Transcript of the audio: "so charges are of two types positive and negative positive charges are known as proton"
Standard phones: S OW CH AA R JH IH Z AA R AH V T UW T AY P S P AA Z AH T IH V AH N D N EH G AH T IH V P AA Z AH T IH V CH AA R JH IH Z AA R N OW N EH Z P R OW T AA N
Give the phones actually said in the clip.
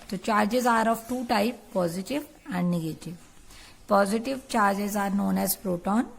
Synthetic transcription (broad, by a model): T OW CH AA R JH IH Z AA R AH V T UW T AY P P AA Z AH T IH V AH N D N EH G AH T IH V P AA Z AH T IH V CH AA R JH IH Z AA R N OW N EH Z P R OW T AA N